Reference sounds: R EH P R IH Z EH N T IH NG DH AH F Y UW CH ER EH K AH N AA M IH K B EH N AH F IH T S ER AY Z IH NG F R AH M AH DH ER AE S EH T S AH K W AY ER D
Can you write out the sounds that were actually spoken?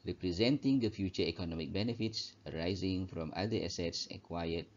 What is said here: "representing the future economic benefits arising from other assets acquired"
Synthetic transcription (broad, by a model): R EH P R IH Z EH N T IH NG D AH F Y UW CH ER EH K AH N AA M IH K B EH N AH F IH T S ER AY Z IH NG F R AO M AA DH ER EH S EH T S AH K W AY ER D